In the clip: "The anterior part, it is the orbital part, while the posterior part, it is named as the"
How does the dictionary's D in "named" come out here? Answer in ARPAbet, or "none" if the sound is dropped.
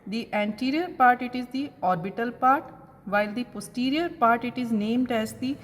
D